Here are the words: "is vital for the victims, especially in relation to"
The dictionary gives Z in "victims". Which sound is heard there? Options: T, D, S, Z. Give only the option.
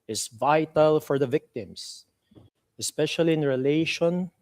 S